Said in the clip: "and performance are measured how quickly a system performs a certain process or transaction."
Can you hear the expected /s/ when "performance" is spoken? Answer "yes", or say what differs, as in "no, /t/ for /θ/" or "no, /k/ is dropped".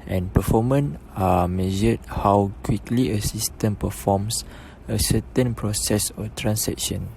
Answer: no, /s/ is dropped